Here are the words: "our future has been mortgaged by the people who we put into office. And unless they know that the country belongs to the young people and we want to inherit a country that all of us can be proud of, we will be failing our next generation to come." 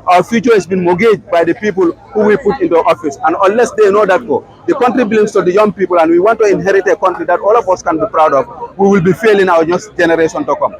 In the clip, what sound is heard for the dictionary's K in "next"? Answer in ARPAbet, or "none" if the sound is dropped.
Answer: none